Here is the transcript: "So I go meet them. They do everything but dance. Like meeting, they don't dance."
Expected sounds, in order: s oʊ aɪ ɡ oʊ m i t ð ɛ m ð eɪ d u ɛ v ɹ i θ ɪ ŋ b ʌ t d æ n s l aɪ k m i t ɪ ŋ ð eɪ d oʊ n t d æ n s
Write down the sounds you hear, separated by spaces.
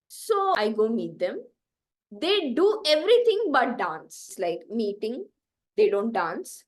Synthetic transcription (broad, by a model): s oʊ aɪ ɡ oʊ m i t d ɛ m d eɪ d u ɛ v ɹ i t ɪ ŋ b ʌ t d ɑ n s l aɪ k m i t ɪ ŋ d eɪ d oʊ n t d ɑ n s